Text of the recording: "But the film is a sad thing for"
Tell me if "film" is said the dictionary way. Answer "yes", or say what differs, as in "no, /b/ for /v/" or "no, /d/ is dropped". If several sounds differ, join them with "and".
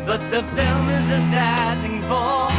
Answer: yes